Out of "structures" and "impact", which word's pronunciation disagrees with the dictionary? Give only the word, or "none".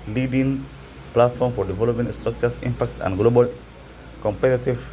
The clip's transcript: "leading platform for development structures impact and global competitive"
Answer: structures